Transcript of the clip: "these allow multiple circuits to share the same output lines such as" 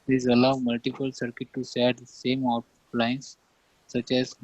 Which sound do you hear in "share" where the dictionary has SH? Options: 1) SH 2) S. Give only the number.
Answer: 2